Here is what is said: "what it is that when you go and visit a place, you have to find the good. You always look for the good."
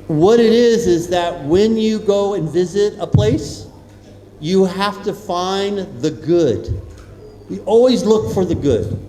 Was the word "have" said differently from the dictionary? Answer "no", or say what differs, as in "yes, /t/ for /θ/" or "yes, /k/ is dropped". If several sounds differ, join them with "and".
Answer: yes, /f/ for /v/